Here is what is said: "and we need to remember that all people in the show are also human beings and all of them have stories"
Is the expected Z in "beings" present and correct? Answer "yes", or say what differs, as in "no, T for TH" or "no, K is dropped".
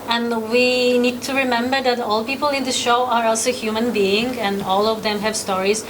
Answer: no, Z is dropped